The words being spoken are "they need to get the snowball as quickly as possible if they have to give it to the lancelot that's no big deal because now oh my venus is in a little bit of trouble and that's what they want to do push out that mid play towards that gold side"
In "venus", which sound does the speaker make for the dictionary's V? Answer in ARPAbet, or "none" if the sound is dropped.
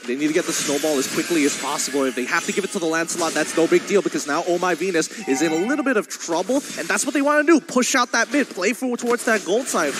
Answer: V